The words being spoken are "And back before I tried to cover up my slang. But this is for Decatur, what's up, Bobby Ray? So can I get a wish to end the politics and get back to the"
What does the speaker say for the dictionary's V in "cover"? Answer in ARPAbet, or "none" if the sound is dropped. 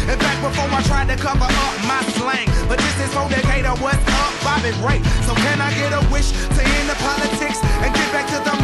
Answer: P